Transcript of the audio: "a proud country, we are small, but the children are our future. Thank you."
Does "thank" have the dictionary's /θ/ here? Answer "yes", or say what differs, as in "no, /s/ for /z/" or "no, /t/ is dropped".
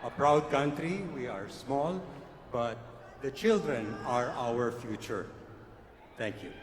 no, /t/ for /θ/